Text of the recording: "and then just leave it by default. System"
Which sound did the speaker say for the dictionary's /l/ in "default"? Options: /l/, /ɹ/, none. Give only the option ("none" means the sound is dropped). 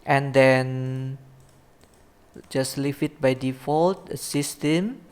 /l/